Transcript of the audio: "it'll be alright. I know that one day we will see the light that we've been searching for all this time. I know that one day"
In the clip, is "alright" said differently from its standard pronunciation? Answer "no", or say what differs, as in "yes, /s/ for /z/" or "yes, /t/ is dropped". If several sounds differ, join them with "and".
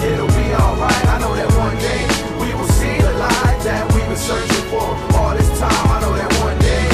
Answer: no